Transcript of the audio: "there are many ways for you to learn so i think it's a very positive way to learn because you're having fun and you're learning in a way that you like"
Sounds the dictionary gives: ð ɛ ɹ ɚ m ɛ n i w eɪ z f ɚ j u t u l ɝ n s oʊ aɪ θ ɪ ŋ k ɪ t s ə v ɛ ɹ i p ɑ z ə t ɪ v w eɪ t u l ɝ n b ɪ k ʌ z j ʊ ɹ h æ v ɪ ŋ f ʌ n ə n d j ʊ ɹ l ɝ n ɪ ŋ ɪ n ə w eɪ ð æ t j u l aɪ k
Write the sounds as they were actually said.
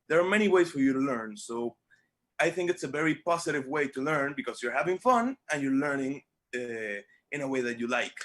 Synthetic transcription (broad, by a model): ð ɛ ɹ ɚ m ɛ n i w eɪ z f ɚ j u t u l ɝ n s oʊ aɪ θ ɪ ŋ k ɪ t s ə v ɛ ɹ i p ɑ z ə t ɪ v w eɪ t u l ɝ n b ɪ k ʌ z j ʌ ɹ h æ v ɪ ŋ f ʌ n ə n j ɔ ɹ l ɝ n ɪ ŋ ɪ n ə w eɪ ð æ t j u l aɪ k